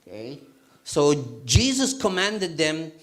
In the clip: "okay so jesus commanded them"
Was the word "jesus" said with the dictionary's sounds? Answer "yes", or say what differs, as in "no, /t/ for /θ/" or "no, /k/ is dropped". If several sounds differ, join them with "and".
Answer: yes